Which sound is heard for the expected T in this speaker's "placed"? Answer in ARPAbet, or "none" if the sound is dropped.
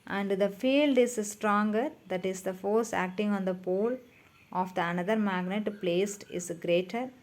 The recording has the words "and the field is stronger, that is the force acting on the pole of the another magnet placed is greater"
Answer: T